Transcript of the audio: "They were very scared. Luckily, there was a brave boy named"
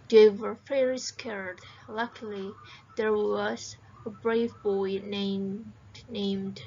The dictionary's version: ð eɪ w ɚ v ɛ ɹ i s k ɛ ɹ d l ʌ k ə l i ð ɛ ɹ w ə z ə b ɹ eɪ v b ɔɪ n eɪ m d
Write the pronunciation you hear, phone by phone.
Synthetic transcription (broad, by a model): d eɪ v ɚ f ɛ ɹ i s k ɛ ɹ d l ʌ k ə l i ð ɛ ɹ w ə z ə b ɹ eɪ v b ɔɪ n eɪ m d